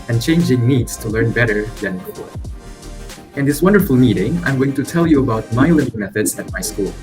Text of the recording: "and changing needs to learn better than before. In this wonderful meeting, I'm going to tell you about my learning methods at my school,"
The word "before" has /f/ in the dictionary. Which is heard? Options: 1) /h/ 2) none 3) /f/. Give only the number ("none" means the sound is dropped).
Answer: 2